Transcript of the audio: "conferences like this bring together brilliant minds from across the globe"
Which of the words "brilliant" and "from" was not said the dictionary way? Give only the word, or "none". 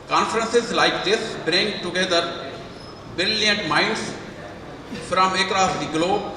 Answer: brilliant